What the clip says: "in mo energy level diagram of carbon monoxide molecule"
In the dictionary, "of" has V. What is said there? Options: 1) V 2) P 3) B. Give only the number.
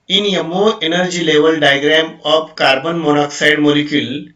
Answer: 2